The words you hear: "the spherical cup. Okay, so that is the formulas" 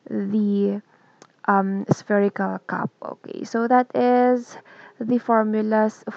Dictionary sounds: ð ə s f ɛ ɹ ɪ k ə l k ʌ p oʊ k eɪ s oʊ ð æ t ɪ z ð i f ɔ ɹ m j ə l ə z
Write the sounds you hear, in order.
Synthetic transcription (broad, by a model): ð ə s f ɛ ɹ ɪ k ə l k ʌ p oʊ k eɪ s oʊ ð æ t ɪ z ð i f ɔ ɹ m j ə l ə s